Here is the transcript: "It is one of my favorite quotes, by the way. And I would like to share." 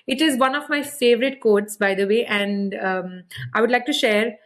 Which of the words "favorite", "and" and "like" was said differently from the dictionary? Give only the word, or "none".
none